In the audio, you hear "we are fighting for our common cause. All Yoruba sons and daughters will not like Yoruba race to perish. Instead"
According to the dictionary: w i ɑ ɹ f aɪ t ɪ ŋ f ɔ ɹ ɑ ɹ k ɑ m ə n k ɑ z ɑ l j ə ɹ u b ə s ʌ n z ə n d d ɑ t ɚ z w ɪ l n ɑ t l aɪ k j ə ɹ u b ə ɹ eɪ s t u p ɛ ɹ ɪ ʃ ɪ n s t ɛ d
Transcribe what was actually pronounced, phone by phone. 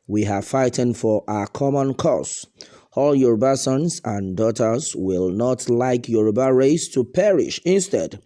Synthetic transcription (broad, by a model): w i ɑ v f aɪ t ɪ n f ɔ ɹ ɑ k ɑ m ə n k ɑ s ɑ l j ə ɹ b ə s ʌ n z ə n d d ɑ t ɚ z w ɪ l n ɑ t l aɪ k j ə ɹ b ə ɹ eɪ s t u p ɛ ɹ ɪ ʃ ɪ n s t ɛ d